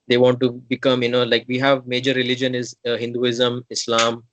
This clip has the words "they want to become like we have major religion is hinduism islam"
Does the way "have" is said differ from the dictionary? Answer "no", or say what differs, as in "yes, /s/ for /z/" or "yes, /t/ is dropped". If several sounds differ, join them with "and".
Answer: no